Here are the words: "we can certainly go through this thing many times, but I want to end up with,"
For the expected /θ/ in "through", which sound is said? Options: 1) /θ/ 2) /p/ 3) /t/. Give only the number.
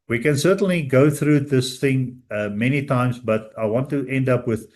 1